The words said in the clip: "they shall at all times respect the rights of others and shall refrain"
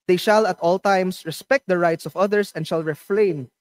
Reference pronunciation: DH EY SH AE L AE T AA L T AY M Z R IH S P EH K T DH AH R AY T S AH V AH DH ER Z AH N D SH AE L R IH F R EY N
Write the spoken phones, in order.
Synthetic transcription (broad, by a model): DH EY SH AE L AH T AA L T AY M S R IH S P EH K T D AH R AY T S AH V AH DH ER S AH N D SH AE L R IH F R EY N